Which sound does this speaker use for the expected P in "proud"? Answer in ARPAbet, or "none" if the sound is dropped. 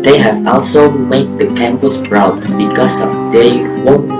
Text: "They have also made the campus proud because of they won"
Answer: B